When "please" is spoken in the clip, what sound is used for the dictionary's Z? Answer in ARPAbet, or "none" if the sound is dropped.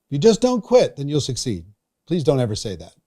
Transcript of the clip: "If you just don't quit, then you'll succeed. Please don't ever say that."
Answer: Z